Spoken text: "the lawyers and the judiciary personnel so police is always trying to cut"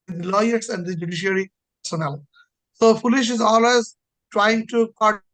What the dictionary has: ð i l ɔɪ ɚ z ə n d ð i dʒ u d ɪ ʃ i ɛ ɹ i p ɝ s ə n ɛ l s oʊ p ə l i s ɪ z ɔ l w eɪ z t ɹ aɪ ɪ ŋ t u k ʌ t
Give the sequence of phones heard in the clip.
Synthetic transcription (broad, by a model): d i l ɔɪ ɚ s ə n d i dʒ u d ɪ ʃ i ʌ ɹ i p ɝ s ə n ɛ l s oʊ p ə l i ʃ ɪ z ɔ l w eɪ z t ɹ aɪ ɪ ŋ t u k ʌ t